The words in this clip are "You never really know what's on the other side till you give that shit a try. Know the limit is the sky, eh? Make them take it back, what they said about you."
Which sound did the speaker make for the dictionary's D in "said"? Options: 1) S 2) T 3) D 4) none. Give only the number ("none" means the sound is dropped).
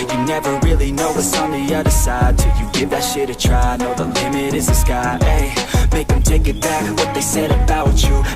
3